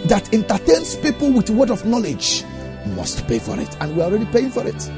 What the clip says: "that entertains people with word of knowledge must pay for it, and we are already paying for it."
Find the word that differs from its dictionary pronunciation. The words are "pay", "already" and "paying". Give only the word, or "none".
none